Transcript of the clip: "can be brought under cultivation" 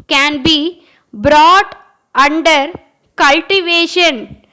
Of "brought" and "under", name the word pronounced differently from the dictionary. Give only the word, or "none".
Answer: none